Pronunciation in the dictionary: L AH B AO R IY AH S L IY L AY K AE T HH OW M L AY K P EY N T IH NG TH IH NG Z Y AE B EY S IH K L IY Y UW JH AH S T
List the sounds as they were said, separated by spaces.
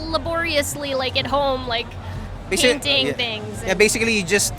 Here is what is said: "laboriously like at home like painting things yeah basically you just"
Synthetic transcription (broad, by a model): L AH B AO R IY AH S L IY L AY K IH T HH OW M L AY K B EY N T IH NG TH IH NG Z Y AE B EY S IH K L IY Y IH JH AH S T